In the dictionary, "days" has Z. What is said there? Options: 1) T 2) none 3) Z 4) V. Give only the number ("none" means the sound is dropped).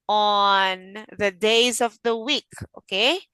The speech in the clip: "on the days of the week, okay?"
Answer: 3